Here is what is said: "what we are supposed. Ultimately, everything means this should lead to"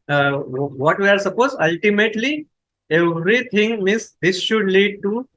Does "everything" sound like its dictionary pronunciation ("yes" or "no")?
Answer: no